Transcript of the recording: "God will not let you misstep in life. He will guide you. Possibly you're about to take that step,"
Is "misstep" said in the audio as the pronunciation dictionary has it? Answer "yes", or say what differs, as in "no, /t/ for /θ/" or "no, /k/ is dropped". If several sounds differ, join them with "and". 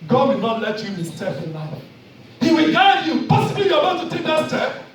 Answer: no, /f/ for /p/